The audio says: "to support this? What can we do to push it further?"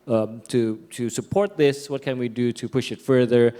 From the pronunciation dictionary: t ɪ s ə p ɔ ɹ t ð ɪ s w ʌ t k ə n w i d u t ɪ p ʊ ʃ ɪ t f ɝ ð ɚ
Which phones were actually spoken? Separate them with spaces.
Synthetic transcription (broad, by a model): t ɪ s ə p ɔ ɹ t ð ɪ s w ʌ t k ə n w i d u t ɪ p ʊ ʃ ɪ t f ɝ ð ɚ